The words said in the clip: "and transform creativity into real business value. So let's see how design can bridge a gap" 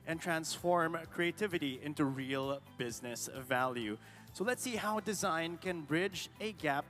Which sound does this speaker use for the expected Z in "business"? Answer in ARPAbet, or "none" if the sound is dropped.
Z